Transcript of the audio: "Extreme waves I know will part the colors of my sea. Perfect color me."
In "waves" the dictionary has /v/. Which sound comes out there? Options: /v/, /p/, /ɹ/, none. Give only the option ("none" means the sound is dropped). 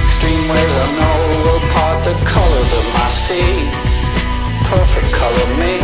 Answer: none